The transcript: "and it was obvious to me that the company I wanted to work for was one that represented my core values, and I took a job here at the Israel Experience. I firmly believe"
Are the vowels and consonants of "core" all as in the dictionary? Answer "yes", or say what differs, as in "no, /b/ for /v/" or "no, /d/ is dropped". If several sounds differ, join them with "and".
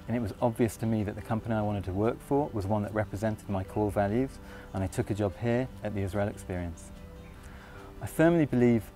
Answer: no, /l/ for /ɹ/